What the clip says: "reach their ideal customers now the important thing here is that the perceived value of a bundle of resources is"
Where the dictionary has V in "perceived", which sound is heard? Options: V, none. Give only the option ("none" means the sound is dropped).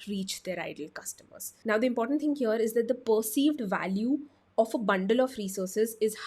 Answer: V